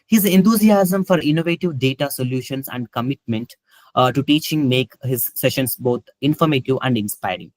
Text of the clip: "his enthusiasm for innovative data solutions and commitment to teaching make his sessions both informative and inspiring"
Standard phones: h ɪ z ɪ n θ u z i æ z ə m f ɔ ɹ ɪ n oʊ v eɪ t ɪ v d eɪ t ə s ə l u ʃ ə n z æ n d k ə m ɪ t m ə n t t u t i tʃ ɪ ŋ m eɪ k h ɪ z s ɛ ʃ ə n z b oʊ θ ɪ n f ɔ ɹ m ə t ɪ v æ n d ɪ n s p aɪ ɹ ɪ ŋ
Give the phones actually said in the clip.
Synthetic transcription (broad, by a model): h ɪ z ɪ n t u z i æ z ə m f ɔ ɹ ɪ n oʊ v eɪ t ɪ v d eɪ t ə s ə l u ʃ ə n s æ n d k ə m ɪ t m ə n t t u t i tʃ ɪ ŋ m eɪ k h ɪ z s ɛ ʃ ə n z b oʊ t ɪ n f ɔ ɹ m ə t ɪ v æ n d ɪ n s p aɪ ɹ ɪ ŋ